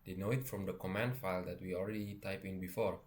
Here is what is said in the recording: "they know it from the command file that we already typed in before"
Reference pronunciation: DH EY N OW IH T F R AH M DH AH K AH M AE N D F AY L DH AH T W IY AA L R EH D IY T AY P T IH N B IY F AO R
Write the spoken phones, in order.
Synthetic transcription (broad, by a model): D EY N OW IH T F R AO M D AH K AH M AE N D F AY L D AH T W IY AA L R EH D IY T AY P IH N B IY F AO R